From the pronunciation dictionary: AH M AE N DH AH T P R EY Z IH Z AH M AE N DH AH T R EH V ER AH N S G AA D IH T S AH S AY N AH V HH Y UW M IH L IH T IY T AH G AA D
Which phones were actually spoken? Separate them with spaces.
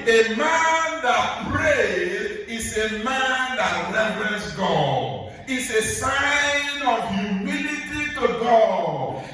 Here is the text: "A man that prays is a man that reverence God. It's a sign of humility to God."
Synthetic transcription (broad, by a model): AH M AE N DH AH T P R EY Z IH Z AH M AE N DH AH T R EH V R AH S G AA D IH T S AH S AY N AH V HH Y UW M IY L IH T IY T AH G AA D